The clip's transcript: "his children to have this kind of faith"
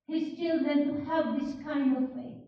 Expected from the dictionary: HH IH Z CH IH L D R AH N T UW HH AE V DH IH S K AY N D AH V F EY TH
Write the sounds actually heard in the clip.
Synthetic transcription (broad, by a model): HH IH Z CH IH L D AH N T UW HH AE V DH IH S K AY N D AH V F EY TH